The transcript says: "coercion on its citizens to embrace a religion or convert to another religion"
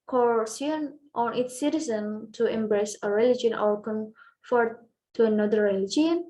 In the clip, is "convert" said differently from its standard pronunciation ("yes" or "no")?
yes